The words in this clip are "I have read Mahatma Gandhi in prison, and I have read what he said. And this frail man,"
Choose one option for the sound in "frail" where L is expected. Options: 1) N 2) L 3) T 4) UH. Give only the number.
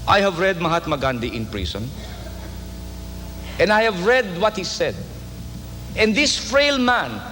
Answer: 2